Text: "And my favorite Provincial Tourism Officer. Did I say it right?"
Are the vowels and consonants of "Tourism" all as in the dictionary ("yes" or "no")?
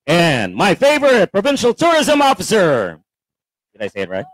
yes